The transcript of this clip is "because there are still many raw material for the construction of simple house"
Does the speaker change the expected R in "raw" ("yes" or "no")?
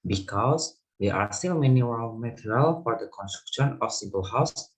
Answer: yes